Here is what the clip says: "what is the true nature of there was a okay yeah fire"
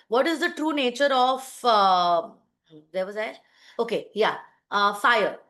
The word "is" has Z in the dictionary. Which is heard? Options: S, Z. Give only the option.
Z